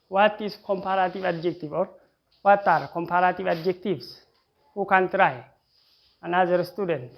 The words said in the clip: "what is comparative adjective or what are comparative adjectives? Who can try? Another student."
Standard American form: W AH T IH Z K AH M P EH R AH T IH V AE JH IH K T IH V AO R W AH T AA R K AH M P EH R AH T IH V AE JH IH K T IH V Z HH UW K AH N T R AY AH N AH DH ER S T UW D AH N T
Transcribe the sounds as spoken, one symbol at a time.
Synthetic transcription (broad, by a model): W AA T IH S K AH M P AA R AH T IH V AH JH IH K T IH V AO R W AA T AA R K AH M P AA R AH T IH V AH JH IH K T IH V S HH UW K AH N T R AY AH N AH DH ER S T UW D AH N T